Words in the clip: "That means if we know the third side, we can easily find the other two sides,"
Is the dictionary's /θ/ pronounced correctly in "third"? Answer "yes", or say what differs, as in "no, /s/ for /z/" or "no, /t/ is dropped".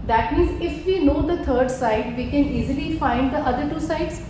no, /t/ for /θ/